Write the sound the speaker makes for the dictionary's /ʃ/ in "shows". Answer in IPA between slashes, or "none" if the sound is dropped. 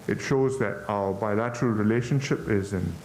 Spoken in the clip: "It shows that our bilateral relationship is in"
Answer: /ʃ/